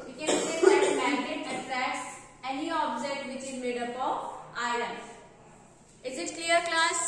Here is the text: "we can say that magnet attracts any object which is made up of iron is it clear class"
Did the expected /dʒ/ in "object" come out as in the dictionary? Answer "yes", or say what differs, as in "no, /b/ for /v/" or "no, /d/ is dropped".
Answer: no, /z/ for /dʒ/